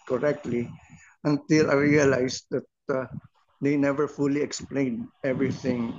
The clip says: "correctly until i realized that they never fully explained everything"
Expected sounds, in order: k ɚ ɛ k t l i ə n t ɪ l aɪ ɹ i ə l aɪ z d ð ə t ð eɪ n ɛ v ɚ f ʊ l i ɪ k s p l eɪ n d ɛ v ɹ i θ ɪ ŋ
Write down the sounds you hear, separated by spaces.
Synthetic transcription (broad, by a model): k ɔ ɛ k t l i ə n t ɪ l aɪ ɹ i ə l aɪ s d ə t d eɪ n ɛ v ɚ f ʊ l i ɪ k s p l eɪ n d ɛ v ɹ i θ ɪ ŋ